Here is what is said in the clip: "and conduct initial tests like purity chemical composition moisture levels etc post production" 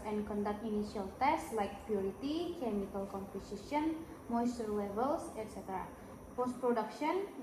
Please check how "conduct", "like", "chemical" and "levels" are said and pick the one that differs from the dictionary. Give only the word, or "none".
levels